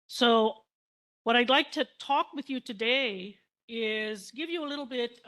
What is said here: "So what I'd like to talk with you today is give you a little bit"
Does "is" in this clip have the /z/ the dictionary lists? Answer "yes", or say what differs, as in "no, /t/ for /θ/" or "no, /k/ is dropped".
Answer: yes